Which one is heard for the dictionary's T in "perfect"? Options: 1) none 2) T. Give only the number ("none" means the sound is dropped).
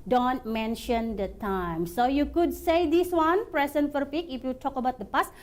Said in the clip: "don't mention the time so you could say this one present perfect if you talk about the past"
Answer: 1